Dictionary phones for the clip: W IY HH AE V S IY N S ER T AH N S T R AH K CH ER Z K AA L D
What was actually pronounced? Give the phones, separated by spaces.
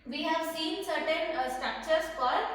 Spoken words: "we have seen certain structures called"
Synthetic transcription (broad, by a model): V IY HH AE V S IY N S ER T AH N S T R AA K CH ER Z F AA D